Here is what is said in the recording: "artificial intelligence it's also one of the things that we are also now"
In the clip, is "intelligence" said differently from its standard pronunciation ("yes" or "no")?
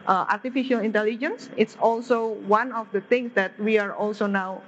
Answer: no